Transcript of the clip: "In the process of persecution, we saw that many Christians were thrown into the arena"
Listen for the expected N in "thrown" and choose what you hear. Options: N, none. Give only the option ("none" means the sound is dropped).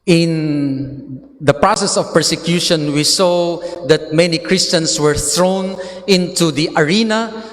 N